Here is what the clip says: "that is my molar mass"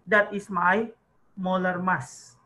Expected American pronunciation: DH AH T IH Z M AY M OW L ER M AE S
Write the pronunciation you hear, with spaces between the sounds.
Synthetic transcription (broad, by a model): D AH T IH S M AY M OW L ER M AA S